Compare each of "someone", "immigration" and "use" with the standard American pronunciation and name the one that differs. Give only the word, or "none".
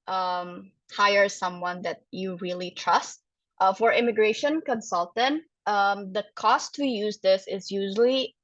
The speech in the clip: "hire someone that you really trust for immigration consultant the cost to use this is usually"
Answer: none